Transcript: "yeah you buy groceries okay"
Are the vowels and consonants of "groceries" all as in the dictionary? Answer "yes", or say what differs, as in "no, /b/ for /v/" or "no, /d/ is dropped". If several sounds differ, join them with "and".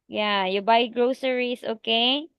no, /s/ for /z/